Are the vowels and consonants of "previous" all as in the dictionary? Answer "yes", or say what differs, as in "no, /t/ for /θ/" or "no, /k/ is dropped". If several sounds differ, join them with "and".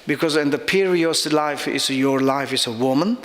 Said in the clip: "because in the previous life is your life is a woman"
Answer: no, /ɹ/ is dropped